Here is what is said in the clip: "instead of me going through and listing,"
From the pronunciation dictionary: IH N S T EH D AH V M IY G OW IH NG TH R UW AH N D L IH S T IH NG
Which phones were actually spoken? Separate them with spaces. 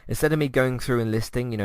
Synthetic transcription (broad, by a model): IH N S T EH D AH V M IY G OW IH NG TH R UW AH N L IH S T IH NG